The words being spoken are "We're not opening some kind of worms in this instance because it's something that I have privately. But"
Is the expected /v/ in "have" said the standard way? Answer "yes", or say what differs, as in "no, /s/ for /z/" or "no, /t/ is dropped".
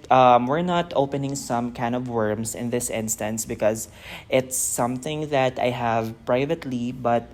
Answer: yes